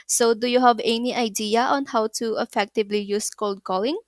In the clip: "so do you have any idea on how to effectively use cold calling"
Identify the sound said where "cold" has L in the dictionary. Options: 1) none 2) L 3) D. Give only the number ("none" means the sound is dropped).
2